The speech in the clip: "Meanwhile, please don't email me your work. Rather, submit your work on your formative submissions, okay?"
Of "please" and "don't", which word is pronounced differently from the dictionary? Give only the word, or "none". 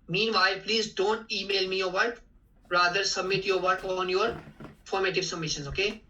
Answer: none